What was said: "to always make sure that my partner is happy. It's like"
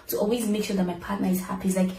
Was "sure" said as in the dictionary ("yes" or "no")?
yes